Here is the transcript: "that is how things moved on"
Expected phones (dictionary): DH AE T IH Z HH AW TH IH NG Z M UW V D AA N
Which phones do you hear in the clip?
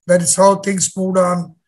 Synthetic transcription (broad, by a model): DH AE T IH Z HH AW T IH NG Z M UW D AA N